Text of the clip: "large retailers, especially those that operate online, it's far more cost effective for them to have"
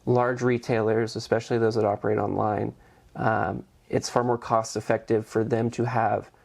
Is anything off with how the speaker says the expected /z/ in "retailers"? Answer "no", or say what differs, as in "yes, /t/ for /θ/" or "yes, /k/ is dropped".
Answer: no